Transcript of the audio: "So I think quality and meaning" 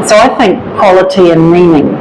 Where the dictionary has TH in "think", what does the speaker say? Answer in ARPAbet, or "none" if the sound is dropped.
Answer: TH